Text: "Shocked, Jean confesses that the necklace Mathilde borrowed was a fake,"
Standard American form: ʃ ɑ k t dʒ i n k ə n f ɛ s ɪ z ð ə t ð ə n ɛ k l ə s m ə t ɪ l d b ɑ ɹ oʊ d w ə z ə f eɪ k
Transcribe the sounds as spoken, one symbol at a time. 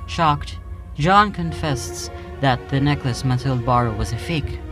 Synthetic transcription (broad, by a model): ʃ ɑ k t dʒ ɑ n k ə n f ɛ s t s ð ə t ð ə n ɛ k l ə s m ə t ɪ l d b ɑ ɹ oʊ w ə z ə f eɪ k